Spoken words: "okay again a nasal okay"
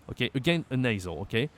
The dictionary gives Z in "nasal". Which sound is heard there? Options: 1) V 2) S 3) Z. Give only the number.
3